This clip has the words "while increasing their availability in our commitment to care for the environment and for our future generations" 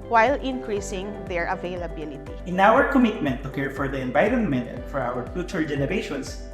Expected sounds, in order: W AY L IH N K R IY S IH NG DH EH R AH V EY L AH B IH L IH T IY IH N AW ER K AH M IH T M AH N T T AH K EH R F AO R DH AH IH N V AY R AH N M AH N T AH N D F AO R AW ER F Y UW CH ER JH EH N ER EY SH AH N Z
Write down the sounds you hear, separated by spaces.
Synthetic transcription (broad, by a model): W AY L IH N K R IY S IH NG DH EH R AH V EY L AH B IH L IH T IY IH N AW ER K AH M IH T M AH N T T AH K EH R F AO R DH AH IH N B AY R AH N M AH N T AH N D F AO R AW ER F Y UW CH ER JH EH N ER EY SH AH N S